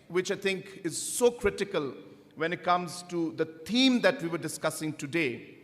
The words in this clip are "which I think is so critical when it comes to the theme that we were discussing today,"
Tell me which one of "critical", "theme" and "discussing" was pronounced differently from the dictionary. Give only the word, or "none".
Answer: theme